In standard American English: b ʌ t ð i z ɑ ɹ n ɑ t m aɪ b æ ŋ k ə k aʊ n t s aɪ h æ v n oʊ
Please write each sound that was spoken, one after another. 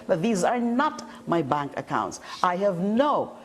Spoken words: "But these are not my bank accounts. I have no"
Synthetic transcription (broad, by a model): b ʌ t ð i z ɑ ɹ n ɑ t m aɪ b æ ŋ k ə k aʊ n t s aɪ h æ v n oʊ